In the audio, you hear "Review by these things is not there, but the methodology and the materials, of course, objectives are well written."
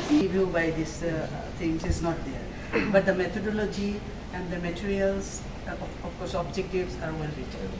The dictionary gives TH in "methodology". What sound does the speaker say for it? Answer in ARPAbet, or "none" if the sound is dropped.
T